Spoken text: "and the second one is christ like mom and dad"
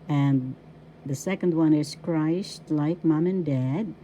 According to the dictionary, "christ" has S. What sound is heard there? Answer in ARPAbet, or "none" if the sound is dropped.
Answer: SH